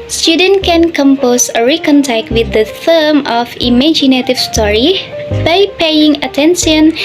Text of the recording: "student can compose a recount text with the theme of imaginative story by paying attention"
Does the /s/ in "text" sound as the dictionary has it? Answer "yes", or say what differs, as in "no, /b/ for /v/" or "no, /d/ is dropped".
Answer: no, /s/ is dropped